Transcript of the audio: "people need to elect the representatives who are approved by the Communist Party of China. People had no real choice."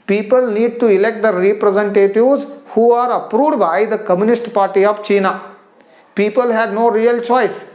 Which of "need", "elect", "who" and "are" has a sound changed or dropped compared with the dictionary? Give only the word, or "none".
none